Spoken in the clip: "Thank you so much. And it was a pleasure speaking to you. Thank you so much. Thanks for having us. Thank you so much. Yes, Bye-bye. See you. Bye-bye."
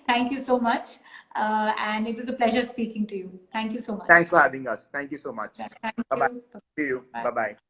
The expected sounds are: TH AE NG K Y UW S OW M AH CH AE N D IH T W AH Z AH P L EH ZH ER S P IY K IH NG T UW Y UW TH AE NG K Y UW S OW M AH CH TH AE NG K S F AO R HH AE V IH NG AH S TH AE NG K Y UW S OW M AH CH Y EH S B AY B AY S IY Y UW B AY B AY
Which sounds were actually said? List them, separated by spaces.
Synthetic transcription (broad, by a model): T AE NG K Y UW S OW M AH CH AE N D IH T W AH Z AH P L EH ZH ER S P IY K IH NG T UW Y UW T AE NG K Y UW S OW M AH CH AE NG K S F AO R HH AE V IH NG AH S T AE NG K Y UW S OW M AH CH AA B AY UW Y UW B AY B AY